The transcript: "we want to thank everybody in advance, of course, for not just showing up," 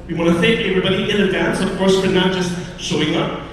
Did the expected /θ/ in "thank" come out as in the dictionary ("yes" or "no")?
yes